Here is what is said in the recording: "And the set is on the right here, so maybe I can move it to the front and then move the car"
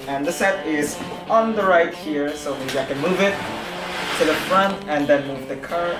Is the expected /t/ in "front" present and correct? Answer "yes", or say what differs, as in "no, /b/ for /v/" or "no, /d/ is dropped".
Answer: yes